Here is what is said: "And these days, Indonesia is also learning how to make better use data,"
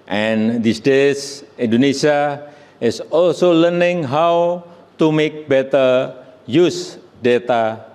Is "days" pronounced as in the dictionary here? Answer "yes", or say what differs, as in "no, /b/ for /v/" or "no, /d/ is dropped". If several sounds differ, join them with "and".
no, /s/ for /z/